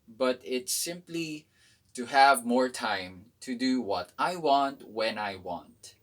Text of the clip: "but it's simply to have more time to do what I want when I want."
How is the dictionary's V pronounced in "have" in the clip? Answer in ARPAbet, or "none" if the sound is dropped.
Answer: V